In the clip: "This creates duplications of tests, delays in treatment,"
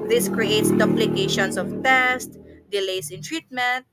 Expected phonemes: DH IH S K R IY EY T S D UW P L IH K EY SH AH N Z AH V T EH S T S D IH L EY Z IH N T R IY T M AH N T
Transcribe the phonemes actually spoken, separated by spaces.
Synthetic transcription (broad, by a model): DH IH S K R IY EY T S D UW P L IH K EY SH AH N S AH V T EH S T D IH L EY S IH N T R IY T M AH N T